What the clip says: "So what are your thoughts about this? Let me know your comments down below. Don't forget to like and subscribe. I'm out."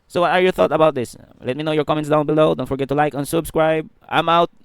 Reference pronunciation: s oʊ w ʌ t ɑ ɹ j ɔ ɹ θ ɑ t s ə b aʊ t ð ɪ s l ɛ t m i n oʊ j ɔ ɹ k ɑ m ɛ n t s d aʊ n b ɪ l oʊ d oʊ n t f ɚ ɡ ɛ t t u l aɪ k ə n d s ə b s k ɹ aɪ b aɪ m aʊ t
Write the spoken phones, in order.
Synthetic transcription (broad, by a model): s oʊ w ʌ t ɑ ɹ j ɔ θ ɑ t ə b aʊ t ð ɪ s l ɛ t m i n oʊ j ɔ ɹ k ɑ m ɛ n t s d aʊ n b ɪ l oʊ d oʊ n t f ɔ ɡ ɛ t t u l aɪ k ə n s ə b s k ɹ aɪ b aɪ m aʊ t